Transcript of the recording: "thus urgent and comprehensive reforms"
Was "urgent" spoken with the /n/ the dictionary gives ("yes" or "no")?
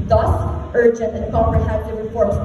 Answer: yes